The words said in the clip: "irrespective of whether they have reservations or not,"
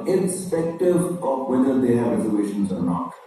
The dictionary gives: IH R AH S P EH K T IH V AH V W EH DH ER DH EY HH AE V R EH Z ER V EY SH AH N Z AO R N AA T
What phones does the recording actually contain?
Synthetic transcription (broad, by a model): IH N S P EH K T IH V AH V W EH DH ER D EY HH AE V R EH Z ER EY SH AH N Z AO R N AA T